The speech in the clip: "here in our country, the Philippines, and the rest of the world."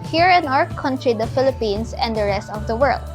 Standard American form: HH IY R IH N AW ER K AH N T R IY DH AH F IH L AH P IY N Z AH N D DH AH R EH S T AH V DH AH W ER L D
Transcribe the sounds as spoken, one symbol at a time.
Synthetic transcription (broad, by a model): HH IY R IH N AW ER K AH N T R IY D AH F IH L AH P IY N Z AH N D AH R EH S T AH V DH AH W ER L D